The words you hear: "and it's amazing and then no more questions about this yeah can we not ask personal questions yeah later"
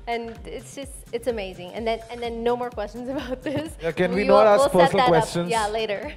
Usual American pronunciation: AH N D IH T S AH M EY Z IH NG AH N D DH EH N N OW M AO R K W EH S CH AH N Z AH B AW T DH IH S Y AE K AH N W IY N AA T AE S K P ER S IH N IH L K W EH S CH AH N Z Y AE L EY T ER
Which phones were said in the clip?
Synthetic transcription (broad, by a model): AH N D IH T S AH M EY Z IH NG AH N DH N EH N N OW M AO R K W EH S CH AH N Z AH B AW T DH IH S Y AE K AH N W IY N AA T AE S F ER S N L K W EH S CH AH N Y AE L EY T ER